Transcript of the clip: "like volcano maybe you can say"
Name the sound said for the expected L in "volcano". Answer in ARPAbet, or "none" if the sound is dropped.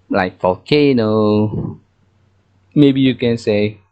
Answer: none